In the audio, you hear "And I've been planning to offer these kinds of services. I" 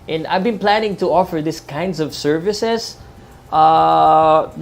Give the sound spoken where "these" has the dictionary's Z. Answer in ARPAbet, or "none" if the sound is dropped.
S